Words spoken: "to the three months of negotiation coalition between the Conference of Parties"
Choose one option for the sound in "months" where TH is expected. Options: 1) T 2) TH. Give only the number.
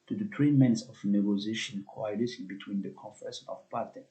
1